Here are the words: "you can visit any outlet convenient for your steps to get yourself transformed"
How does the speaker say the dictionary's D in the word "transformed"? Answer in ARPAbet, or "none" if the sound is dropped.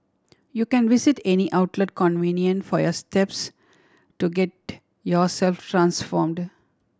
D